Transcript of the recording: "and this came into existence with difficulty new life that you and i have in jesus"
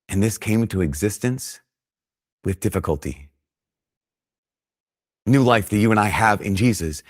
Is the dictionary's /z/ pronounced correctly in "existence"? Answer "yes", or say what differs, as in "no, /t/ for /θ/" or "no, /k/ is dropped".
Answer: yes